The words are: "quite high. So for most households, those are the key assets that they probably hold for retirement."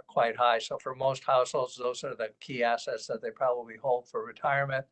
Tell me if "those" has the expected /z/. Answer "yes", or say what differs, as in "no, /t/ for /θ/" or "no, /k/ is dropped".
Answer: yes